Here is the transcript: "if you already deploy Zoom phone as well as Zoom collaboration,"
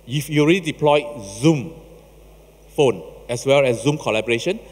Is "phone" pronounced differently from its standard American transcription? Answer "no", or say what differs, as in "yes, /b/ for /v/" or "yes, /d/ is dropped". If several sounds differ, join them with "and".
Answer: no